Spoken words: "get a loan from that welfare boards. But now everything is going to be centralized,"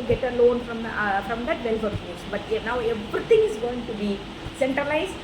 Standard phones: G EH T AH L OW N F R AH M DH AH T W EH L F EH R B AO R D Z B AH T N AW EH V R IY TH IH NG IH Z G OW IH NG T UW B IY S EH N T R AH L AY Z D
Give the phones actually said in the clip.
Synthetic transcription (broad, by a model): G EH T AH L OW N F R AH M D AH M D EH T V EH L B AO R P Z B AH T N AW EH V R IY T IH NG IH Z G OW IH NG T UW B IY S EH N T R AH L AY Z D